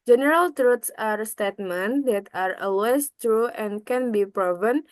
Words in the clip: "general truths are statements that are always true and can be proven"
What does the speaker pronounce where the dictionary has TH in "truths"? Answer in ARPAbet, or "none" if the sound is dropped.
T